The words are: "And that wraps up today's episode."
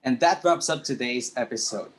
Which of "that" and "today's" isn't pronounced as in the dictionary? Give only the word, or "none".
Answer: none